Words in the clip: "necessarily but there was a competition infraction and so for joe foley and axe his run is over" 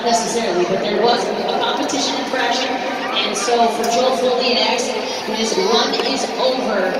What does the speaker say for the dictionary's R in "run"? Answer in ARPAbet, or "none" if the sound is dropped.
W